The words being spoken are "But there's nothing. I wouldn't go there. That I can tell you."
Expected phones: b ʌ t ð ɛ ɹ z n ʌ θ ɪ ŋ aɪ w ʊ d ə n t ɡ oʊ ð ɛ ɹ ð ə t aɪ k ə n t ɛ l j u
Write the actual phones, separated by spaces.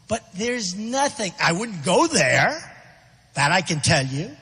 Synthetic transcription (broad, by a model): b ʌ t ð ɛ ɹ z n ʌ θ ɪ ŋ aɪ w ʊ d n ɡ oʊ ð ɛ ɹ ð ə t aɪ k ə n t ɛ l j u